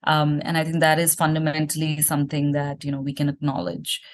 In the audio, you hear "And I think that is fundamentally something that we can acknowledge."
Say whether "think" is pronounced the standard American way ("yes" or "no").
no